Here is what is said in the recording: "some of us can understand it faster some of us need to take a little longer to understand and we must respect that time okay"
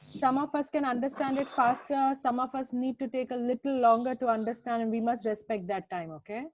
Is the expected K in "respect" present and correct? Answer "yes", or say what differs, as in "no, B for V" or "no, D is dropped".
yes